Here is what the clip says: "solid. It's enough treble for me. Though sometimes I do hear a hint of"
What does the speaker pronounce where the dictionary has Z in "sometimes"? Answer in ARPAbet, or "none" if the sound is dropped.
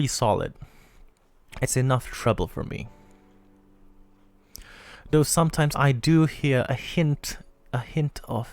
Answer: Z